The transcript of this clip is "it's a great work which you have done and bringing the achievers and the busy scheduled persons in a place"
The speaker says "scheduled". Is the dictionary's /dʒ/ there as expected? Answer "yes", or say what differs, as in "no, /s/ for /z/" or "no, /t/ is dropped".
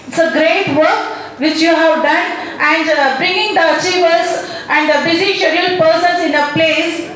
no, /dʒ/ is dropped